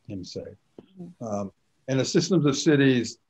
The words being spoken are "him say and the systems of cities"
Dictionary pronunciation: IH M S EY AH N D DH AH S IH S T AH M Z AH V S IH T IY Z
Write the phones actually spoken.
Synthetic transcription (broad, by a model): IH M S EY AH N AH S IH S T AH M Z AH V S IH T IY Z